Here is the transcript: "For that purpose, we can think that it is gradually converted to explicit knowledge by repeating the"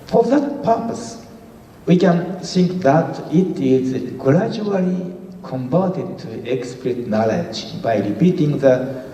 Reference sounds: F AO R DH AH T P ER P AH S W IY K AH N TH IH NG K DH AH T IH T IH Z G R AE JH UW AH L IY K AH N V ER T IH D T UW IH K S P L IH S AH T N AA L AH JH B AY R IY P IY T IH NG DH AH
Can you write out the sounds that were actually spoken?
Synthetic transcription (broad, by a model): F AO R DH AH T P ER P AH S W IY K AH N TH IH NG K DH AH T IH T IH Z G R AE JH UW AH L IY K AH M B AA T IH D T UW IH K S P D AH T N AA L AH JH B AY R IY P IY T IH NG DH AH